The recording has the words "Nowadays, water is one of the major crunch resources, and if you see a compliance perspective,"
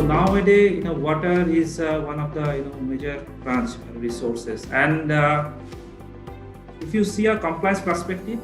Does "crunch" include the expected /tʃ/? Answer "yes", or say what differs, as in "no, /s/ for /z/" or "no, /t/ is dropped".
no, /s/ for /tʃ/